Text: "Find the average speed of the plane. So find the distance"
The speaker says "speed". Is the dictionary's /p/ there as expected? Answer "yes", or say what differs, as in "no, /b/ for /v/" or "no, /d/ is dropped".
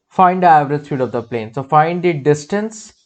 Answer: no, /f/ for /p/